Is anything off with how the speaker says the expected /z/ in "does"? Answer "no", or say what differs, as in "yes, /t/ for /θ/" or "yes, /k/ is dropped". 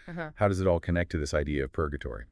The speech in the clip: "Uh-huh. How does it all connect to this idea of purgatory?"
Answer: no